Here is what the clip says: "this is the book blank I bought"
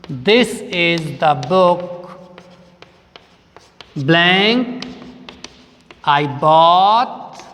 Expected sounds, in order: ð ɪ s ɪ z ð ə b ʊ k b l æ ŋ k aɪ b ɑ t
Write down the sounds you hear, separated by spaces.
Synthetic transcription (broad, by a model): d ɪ s ɪ z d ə b ʊ k b l æ ŋ k aɪ b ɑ t